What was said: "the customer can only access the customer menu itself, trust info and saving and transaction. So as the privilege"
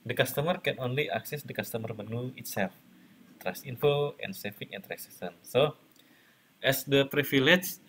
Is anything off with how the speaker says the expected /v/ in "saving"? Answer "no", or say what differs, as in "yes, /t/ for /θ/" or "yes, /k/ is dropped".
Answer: yes, /f/ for /v/